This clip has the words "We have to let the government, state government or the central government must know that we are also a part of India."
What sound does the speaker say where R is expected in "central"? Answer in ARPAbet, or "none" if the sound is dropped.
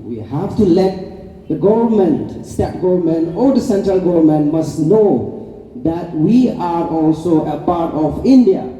R